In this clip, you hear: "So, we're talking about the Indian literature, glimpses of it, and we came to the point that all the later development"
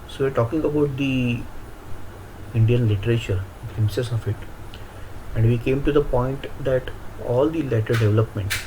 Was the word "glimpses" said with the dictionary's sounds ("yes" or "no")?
no